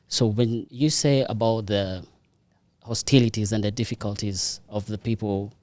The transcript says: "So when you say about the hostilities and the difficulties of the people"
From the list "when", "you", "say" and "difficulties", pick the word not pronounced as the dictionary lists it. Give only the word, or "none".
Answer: none